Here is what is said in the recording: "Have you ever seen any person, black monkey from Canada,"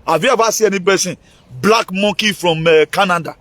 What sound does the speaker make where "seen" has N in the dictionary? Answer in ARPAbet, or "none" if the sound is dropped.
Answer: none